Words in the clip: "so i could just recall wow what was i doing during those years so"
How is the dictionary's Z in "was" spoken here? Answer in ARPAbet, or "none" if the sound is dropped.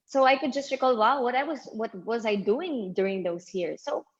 Z